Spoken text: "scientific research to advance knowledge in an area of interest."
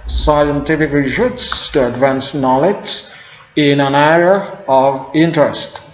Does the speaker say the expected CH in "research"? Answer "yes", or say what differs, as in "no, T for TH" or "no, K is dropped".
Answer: no, S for CH